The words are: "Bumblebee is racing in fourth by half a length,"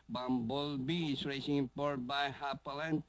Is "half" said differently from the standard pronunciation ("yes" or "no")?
yes